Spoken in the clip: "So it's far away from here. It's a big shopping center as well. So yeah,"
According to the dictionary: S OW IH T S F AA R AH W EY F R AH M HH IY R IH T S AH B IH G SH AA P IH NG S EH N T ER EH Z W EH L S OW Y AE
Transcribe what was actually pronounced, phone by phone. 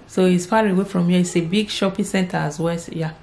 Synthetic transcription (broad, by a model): S OW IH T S P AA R AH W EY F R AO M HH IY IH T S AH B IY G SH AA P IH S EH N T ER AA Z W EH L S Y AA